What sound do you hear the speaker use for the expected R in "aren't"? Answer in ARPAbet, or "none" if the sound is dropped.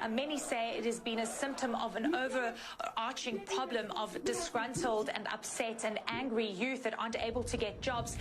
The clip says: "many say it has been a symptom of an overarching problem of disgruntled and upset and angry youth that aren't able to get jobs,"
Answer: none